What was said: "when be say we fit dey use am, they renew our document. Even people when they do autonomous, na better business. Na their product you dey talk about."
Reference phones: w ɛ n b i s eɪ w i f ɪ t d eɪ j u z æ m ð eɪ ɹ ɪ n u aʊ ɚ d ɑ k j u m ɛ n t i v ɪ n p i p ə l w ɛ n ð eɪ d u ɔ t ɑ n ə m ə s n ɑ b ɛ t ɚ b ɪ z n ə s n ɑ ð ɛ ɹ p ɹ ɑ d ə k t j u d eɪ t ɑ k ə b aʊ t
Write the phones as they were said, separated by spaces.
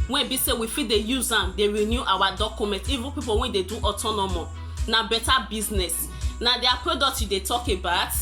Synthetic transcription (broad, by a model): w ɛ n b i s eɪ w i f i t d eɪ j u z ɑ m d eɪ ɹ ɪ n u aʊ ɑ d ɑ k j u m ɛ n t i v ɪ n p i p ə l w ɛ n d eɪ d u ɔ t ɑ n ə m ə n ɑ b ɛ t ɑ b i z n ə s n ɑ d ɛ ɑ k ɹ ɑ d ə t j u d eɪ t ɑ k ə b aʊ t